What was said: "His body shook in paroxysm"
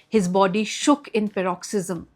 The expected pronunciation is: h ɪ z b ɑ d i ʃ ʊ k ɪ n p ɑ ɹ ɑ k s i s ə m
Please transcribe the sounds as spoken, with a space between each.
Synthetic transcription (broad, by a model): h ɪ z b ɑ d i ʃ ʊ k ɪ n p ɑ ɹ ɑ k s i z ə m